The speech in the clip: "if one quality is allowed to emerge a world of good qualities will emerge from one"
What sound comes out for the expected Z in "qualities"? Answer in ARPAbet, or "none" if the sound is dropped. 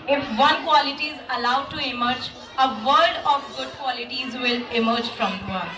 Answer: Z